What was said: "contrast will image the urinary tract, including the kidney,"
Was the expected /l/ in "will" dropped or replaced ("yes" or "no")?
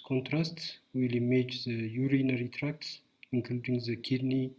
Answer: no